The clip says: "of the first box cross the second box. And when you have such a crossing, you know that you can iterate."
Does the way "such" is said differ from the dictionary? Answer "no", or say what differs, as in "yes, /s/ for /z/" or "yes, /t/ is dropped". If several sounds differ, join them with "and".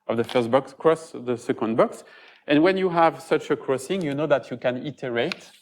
no